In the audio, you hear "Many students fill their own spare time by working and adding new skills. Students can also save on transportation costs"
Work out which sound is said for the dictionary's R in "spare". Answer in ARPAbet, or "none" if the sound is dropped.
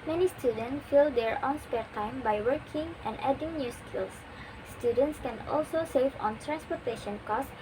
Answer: R